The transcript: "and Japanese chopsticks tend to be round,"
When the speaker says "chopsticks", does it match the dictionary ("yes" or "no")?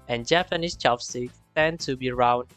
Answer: no